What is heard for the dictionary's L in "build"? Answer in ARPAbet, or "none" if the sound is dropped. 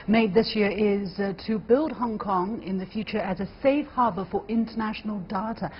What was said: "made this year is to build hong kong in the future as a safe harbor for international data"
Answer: L